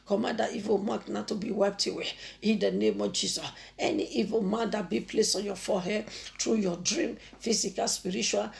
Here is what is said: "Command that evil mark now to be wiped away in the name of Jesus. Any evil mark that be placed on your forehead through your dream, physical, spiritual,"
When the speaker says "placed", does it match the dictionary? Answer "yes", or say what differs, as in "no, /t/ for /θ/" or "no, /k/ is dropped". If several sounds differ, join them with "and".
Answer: no, /t/ is dropped